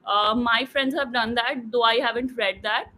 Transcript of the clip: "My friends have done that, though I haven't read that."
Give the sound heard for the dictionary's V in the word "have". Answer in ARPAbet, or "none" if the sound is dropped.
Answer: V